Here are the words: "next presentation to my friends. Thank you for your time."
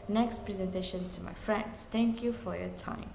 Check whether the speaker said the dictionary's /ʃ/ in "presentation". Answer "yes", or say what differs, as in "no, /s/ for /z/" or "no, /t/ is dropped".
yes